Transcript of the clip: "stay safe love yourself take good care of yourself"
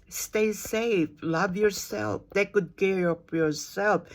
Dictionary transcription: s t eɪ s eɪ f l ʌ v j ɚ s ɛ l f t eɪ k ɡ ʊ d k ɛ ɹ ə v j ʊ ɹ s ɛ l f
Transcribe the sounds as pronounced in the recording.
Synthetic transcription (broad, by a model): s t eɪ s eɪ f l ʌ v j ɚ s ɛ l f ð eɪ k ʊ d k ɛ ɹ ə p j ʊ ɹ s ɛ l f